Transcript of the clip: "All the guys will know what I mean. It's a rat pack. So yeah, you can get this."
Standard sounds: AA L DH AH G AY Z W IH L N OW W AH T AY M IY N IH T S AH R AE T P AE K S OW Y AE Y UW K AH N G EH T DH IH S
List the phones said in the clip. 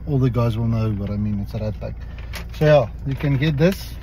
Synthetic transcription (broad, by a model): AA L DH AH G AY Z W IH L N OW W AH T AY M IY N IH T S AH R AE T B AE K S OW Y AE Y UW K AH N G EH T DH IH S